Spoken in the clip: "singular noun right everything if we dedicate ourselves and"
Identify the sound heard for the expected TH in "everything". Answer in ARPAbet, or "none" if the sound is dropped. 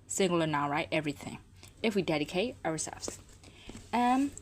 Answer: TH